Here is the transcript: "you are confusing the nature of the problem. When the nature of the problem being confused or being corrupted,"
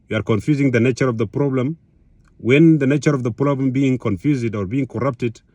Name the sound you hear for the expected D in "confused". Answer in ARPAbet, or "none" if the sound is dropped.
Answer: D